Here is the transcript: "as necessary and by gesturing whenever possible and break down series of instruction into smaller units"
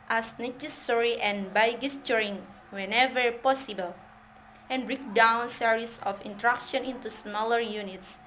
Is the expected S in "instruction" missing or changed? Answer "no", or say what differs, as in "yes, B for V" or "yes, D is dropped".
yes, S is dropped